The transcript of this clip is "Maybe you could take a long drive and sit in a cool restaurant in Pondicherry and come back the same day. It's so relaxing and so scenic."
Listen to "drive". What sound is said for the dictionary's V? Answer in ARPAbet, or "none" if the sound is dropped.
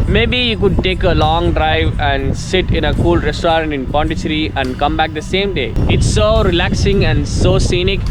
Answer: V